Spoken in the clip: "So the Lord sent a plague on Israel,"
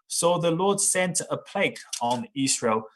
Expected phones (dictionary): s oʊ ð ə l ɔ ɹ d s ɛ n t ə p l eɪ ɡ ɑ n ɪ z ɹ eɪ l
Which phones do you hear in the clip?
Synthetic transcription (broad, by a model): s oʊ ð ə l ɔ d s ɛ n t ə p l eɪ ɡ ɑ n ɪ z ɹ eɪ l